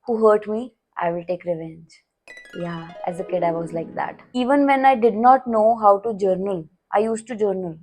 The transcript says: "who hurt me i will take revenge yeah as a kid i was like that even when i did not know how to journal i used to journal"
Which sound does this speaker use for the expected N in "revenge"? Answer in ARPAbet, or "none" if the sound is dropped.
N